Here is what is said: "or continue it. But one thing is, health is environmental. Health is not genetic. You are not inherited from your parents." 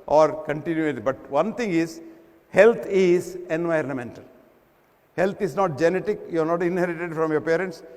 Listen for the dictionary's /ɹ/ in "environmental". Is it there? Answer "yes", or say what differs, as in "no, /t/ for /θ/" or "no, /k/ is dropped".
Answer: yes